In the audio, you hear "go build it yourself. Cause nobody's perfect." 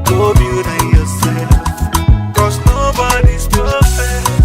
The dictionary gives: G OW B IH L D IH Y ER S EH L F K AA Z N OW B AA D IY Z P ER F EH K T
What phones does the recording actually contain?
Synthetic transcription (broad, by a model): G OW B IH D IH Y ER S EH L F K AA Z N OW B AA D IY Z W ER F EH